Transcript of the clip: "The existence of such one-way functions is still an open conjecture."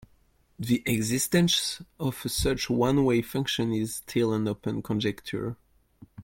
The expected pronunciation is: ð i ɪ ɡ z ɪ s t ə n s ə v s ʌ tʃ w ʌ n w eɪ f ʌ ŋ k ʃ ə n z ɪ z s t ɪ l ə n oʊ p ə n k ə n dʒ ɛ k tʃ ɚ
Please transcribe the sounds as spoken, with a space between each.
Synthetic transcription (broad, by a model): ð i ɪ ɡ z ɪ s t ə n s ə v s ʌ tʃ w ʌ n w eɪ f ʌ ŋ k ʃ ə n ɪ z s t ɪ l ə n oʊ p ə n k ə n dʒ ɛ k tʃ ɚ